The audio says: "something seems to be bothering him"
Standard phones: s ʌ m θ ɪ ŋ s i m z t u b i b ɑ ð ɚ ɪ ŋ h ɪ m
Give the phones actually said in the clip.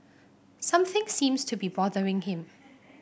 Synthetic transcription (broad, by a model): s ʌ m θ ɪ ŋ s i m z t u b i b ɑ ð ɚ ɪ ŋ h ɪ m